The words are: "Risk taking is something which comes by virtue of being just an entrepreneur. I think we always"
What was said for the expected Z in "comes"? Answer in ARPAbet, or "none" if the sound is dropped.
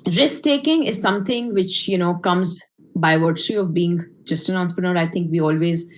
Z